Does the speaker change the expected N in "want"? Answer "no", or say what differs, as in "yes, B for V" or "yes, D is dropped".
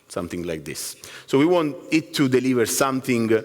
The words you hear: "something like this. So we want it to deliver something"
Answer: no